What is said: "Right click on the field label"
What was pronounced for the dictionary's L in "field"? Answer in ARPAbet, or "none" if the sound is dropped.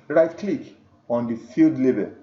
L